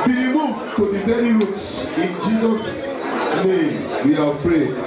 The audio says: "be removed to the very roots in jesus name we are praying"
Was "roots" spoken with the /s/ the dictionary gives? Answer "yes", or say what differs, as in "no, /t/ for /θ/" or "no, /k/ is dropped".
yes